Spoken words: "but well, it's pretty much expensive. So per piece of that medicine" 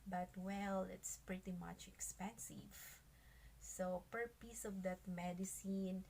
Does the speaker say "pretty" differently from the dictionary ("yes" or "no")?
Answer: no